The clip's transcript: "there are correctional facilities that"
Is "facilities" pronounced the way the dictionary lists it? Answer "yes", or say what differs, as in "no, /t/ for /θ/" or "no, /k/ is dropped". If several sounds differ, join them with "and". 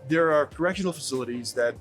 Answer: yes